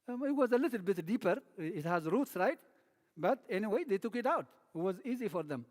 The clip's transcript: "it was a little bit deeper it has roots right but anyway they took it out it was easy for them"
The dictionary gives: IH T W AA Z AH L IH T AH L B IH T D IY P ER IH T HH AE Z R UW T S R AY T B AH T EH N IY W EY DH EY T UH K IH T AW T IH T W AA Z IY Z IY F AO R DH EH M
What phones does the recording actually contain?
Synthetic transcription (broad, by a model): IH T W AA Z AH L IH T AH L B IH T D IY P ER IH T HH AE Z R UW T S R AY T B AH T EH N IY W EY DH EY T UH K IH T AW T IH T W AA Z IY Z IY F AO R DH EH M